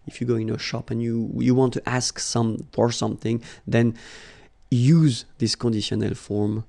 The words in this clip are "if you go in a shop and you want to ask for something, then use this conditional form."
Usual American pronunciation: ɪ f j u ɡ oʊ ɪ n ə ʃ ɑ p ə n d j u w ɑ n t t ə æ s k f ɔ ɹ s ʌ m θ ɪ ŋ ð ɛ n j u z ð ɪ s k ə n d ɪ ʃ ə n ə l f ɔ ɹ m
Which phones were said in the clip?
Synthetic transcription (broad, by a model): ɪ f j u ɡ oʊ ɪ n ə ʃ ɑ p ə n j j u w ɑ n t t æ s k f ɔ ɹ s ʌ m θ ɪ ŋ ð ɛ n j u z ð ɪ s k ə n d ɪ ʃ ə n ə l f ɔ ɹ m